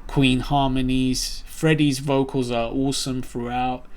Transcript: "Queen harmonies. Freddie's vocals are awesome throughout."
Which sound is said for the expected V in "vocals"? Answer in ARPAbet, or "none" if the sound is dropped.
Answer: V